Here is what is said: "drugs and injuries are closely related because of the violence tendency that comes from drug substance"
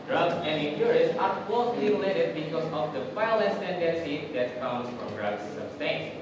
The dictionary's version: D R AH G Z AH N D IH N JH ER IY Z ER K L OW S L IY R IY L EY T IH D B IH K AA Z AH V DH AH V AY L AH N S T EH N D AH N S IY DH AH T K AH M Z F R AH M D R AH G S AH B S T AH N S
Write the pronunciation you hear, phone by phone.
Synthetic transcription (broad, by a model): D R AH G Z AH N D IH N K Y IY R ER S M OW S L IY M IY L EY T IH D B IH K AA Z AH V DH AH F AY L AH S T EH N D AH N S IY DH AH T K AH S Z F R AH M D R AH G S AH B S T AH N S